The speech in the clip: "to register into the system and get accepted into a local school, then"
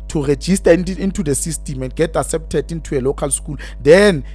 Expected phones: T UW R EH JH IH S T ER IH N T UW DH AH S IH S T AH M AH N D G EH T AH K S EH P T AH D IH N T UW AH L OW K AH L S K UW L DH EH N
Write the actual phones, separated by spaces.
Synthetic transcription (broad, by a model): T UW R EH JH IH S T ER IH N T UW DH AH S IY S T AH M AH N D G EH T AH S EH P T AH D IH N T UW AH L OW K AH L S K UW L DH EH N